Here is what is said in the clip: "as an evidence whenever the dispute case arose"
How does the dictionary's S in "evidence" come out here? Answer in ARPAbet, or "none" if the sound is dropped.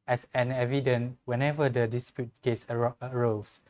none